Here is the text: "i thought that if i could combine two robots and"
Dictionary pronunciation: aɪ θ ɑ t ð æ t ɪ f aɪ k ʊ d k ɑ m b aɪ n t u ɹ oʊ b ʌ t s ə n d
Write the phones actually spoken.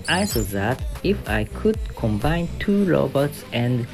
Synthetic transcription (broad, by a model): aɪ s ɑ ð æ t ɪ f aɪ k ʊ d k ɑ m b aɪ n t u ɹ oʊ b ʌ t s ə n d